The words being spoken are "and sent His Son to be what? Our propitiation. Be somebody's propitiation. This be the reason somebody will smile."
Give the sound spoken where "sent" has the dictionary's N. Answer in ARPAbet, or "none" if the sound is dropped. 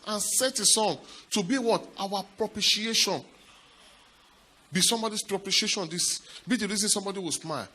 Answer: none